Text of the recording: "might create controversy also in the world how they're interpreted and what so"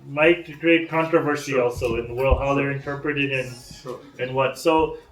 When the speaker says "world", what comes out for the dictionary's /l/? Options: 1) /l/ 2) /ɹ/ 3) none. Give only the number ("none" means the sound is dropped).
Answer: 1